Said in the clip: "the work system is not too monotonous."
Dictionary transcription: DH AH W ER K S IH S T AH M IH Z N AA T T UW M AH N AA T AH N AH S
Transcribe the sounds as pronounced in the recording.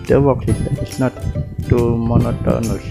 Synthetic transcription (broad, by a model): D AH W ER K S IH T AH IH S N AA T T UW M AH N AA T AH N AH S